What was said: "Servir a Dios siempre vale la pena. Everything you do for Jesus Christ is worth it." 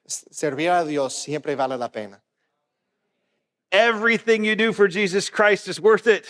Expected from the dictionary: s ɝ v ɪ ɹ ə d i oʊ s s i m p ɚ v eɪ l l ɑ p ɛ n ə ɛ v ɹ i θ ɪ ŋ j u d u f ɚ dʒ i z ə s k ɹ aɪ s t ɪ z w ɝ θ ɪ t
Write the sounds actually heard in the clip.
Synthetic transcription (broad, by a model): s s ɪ ɹ ə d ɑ oʊ s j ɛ m p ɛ b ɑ l l ɑ p ɛ n ə ɛ v ɹ i θ ɪ ŋ j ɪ d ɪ f ɚ dʒ i z ə s k ɹ aɪ s t ɪ z w ɝ θ ɪ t